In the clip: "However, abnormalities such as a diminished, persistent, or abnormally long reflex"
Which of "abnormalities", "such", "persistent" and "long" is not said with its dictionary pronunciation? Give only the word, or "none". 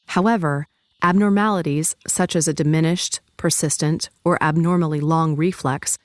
none